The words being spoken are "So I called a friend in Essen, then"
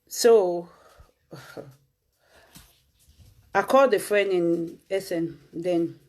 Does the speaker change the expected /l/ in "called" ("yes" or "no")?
yes